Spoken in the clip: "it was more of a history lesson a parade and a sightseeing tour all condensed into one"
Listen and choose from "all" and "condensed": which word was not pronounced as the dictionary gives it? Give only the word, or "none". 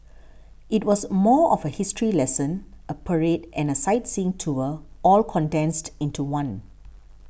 none